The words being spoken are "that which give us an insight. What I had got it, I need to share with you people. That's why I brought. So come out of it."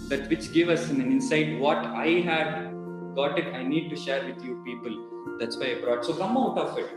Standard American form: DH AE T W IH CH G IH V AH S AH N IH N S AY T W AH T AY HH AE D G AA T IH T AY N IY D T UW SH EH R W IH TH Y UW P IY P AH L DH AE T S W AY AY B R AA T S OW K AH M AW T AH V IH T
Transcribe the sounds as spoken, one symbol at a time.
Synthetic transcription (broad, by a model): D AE T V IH CH G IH V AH S AH N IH N S AY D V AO T AY HH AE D G AA T IH T AY N IY D T UW SH EH R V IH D Y UW P IY P AH L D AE T S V AY AY B R AA T S OW K AH M AW T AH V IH T